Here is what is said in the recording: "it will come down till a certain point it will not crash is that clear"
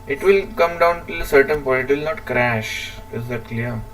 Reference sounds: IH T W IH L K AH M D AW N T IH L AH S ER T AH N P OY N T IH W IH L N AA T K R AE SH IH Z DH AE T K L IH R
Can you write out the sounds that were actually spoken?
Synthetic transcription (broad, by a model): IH T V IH L K AH M D AW N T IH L AH S ER T AH N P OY T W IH L N AA T K R AE SH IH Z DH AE T K L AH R